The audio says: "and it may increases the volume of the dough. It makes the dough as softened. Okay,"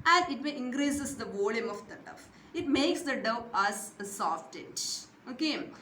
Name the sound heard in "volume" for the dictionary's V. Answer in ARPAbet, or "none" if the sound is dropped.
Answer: V